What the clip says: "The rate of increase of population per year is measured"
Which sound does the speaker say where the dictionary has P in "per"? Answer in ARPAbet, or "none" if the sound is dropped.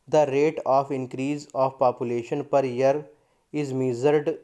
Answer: P